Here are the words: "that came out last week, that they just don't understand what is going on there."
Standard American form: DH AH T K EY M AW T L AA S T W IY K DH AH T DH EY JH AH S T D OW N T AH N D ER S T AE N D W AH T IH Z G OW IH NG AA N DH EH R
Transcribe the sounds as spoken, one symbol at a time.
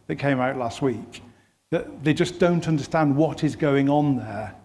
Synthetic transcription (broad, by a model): DH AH T K EY M AW T L AA S T W IY K DH AH T DH EY JH AH S D OW N T AH N D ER S T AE N D W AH T IH Z G OW IH NG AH N DH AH R